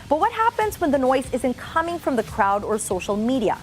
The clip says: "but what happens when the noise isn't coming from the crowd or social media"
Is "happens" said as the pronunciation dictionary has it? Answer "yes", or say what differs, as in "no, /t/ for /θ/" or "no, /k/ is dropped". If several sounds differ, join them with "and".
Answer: yes